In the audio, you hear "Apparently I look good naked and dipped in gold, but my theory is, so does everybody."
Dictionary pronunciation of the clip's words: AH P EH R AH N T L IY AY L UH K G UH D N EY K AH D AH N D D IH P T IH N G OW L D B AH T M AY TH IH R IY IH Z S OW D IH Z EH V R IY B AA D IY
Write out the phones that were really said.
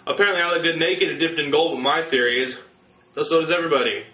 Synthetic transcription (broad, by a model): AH P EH R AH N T L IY AY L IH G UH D N EY K AH D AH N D D IH P T IH N G OW L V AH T M AY TH IH R IY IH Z S OW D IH Z EH V R IY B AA D IY